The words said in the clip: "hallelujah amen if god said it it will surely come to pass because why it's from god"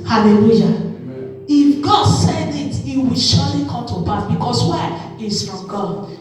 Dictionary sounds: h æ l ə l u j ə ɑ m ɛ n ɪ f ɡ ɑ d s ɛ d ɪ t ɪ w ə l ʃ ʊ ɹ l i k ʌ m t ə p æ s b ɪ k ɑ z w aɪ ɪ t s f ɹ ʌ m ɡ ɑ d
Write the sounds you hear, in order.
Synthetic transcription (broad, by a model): h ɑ l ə l u j ɑ ɪ f ɡ ɑ d s ɛ d ɪ t ɪ w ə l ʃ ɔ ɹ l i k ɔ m t ə b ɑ θ b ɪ k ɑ s w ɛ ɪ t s f ɹ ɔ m ɡ ɑ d